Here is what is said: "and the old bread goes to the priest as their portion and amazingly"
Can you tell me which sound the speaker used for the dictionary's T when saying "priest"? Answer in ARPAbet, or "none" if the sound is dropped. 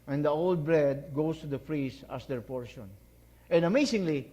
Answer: none